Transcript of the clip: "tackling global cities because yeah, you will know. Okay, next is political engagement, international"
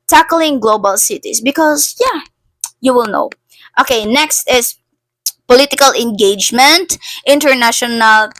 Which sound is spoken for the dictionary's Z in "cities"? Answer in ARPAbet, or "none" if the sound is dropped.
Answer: S